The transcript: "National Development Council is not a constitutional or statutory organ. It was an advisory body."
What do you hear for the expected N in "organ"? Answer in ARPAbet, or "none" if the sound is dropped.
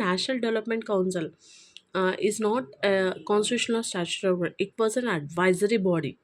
none